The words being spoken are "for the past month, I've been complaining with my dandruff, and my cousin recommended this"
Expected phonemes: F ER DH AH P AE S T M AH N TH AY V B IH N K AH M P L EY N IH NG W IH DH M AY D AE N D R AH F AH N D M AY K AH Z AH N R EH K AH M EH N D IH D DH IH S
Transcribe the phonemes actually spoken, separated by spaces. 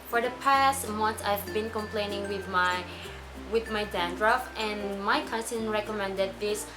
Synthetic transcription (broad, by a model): F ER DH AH P AE S T M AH N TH AY V B IH N K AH M P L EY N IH NG W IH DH M AY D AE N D R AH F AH N M AY K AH S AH N R EH K AH M EH N D IH D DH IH S